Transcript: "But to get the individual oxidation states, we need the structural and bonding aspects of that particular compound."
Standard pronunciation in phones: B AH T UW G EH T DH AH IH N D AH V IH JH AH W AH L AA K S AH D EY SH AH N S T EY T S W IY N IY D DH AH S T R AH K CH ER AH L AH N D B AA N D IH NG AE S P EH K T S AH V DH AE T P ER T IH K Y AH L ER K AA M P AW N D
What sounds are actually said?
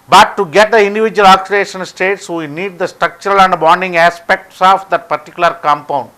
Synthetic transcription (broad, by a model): B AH T UW G EH T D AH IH N D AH V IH JH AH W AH L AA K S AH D EY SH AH N S T EY T S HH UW N IY D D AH S T R AH K CH ER AH L AH N D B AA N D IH NG AE S P EH K T S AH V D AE T P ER T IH K Y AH L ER K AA M P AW N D